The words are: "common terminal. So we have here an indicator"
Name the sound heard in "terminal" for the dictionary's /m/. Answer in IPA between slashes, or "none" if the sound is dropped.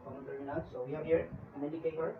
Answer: none